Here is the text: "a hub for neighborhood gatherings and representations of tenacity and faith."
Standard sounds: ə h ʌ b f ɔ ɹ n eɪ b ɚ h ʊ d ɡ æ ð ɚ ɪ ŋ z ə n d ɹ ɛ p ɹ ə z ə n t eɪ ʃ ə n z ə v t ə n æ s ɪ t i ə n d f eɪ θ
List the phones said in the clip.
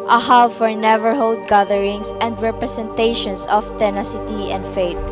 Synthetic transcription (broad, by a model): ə h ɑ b f ɔ ɹ n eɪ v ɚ h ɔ d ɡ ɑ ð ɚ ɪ ŋ s ə n d ɹ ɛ p ɹ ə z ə n t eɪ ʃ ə n s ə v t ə n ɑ s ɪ t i ə n d f eɪ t